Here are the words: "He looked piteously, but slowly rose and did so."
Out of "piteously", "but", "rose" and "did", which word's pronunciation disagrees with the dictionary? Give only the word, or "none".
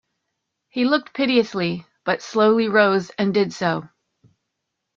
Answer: none